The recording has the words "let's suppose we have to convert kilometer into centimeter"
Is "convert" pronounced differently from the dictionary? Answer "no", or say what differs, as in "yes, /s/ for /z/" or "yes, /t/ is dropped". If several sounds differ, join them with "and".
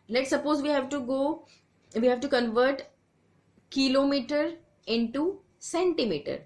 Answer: no